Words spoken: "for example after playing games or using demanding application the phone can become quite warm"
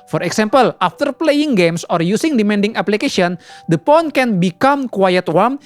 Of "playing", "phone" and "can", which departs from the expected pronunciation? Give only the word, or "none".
phone